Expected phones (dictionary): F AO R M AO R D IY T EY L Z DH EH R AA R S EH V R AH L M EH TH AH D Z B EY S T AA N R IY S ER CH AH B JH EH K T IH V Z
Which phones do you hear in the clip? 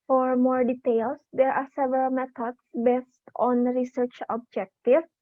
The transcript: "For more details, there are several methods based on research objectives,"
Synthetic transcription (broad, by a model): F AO R M AO R D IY T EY L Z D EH R AA R S EH V R AH L M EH T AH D S B EY S T AA N R IY S ER CH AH B JH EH K T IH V